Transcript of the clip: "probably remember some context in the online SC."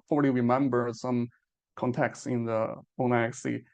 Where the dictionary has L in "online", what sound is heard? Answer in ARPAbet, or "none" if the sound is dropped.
none